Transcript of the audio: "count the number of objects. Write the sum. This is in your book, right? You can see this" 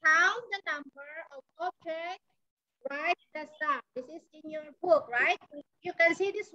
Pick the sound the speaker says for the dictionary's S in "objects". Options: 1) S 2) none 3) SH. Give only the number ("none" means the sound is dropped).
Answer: 2